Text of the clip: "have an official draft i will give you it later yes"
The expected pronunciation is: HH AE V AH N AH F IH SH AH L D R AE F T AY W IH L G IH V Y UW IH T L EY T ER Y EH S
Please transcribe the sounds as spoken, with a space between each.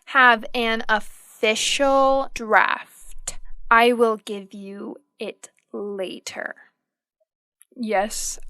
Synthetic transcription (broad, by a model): HH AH V AH N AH F IH SH L D R AE F T AY W IH L G IH V Y UW IH T L EY T ER Y EH S